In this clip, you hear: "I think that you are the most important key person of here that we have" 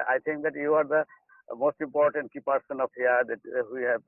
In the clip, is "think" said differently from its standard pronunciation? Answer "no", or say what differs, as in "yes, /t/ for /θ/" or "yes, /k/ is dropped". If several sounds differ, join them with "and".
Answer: yes, /t/ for /θ/